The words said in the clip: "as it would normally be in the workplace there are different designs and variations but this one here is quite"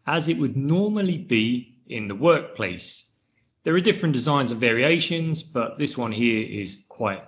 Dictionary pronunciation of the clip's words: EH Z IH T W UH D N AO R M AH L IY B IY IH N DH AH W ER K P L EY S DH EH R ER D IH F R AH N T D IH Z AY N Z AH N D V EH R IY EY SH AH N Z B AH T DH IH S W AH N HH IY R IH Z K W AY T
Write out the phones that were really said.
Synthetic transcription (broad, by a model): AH Z IH T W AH D N AO M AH L IY B IY IH N DH AH W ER K P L EY S DH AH R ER D IH F R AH N D IH Z AY N Z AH V EH R IY EY SH AH N Z B AH T DH IH S W AH N HH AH R IH Z K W AY T